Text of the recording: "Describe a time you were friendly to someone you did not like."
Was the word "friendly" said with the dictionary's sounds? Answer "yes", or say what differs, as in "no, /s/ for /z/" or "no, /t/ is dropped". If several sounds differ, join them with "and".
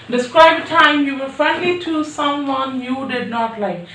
no, /ɹ/ is dropped